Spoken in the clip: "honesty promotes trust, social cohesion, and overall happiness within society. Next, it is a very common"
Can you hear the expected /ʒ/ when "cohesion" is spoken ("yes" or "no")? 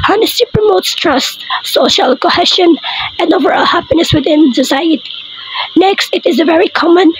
no